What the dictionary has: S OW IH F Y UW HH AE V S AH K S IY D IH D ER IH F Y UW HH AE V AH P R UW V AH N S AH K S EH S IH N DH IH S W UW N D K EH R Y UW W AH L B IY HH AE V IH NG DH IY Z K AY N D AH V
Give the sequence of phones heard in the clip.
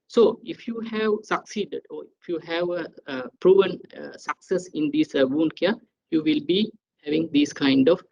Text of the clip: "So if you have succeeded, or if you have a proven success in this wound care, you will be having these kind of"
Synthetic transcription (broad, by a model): S OW IH F Y UW HH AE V S AH K S IY D IH D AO IH F Y UW HH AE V AH P R UW V AH N S AH K S EH S IH N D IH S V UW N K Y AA Y UW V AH L B IY HH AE V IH NG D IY S K AY N D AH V